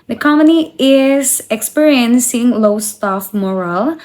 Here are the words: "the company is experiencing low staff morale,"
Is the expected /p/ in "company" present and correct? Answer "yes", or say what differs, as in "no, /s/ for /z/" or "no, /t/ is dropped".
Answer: no, /p/ is dropped